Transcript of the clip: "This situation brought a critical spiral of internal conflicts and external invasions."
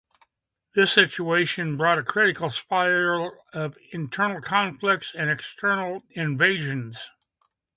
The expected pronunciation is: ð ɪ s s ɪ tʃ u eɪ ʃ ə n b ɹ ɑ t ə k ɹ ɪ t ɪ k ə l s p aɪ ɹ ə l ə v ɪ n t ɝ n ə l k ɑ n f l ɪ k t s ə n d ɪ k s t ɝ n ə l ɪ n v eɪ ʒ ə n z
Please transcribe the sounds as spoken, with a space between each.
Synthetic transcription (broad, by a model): ð ɪ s s ɪ tʃ u eɪ ʃ ə n b ɹ ɑ t ə k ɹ ɪ t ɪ k l s p aɪ ə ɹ ə v ɪ n t ɝ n l k ɑ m f l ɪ k t s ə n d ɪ k s t ɝ n l ɪ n v eɪ ʒ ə n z